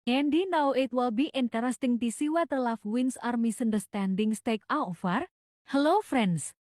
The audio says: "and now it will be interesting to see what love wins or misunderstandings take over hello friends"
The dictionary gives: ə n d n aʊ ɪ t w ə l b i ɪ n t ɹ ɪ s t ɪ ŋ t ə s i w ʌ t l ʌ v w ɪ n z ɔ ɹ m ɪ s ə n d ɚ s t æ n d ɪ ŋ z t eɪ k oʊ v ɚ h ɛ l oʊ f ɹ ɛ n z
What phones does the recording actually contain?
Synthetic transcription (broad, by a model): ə n d n aʊ ɪ t w ə l b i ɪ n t ɹ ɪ s t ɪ ŋ t ə s i w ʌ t l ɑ f w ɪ n s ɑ ɹ m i s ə n d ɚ s t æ n d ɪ ŋ s t eɪ k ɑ f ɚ h ɛ l oʊ f ɹ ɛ n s